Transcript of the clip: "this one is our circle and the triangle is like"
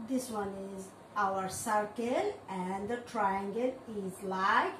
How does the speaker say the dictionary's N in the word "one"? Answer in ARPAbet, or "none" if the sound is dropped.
N